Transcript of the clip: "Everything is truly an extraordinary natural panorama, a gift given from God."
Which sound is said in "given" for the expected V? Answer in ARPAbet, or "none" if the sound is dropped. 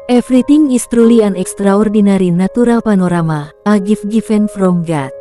F